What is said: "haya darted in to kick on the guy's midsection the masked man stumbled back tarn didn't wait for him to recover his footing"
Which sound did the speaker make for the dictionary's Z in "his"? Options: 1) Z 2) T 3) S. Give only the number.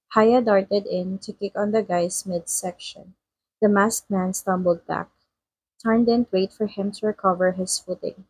3